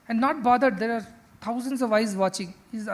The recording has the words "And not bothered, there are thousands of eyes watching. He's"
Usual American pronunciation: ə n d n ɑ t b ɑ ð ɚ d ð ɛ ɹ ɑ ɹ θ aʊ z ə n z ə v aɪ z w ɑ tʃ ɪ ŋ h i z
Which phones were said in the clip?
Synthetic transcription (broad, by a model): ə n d n ɑ t b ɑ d ɚ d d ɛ ɹ ɑ ɹ t aʊ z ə n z ə v aɪ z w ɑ tʃ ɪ ŋ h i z